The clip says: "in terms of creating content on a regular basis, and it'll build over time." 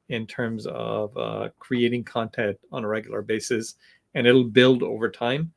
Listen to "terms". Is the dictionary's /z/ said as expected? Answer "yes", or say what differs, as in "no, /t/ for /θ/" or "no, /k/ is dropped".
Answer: yes